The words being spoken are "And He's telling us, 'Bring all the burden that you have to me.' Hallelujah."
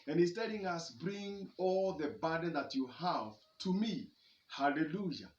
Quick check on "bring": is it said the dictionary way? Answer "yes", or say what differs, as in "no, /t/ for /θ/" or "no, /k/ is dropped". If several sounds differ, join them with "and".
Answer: yes